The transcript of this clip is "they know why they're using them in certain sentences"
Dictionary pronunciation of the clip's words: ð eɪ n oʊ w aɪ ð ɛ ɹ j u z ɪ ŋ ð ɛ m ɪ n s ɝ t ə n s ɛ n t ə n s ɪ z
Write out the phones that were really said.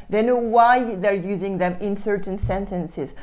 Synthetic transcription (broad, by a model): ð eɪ n oʊ w aɪ ð ɛ ɹ j u z ɪ ŋ ð ɛ m ɪ n s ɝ t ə n s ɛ n t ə n s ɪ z